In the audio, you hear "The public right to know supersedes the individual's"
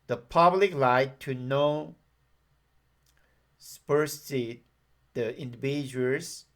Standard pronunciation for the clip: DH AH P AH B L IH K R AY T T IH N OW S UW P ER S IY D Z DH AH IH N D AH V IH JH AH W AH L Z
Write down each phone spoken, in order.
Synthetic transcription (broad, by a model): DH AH P AH B L IH K L AY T T IH N OW S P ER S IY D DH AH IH N D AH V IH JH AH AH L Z